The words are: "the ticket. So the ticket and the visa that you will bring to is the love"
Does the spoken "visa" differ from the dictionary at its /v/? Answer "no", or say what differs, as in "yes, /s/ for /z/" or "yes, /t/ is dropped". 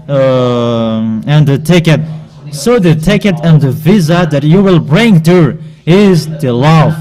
no